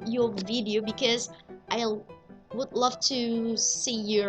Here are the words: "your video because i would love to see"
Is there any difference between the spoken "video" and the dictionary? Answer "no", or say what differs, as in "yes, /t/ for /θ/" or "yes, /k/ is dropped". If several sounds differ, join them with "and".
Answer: no